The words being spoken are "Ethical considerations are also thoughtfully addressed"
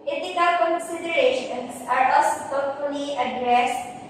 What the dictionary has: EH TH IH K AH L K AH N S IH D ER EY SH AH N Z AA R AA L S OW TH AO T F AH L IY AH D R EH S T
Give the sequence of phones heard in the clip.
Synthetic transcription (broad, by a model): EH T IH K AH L K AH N S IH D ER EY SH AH N S AA R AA S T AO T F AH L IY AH D R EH S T